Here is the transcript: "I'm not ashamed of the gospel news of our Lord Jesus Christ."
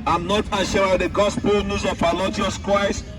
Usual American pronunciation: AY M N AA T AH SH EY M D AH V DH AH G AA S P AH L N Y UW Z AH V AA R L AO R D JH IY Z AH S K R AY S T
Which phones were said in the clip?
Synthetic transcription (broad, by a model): AY M N AA T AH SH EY D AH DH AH G AA S P AH L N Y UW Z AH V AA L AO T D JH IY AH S K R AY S